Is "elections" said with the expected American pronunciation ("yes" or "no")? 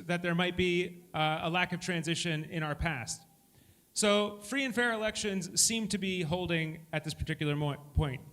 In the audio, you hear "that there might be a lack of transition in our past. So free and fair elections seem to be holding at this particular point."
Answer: yes